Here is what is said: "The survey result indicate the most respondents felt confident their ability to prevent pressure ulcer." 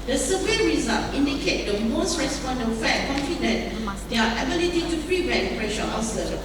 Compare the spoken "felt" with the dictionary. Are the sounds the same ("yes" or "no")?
no